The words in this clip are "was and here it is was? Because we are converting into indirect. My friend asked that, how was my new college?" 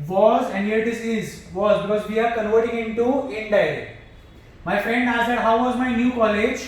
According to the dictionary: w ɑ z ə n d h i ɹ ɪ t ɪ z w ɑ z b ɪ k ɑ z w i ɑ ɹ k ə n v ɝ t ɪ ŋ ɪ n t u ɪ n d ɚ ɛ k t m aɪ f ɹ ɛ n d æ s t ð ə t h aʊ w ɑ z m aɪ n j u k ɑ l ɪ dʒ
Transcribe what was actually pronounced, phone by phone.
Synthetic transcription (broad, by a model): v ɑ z ə n d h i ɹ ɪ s ɪ z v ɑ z b ɪ k ɑ z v i ɑ ɹ k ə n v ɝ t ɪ ŋ ɪ n t u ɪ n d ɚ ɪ t m aɪ f ɹ ɛ n d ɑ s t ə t h aʊ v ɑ z m aɪ n j u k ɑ l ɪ dʒ